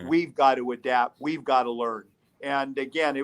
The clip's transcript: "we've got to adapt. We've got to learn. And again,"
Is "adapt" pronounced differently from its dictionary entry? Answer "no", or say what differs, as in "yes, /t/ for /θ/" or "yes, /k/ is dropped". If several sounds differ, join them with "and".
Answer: yes, /p/ is dropped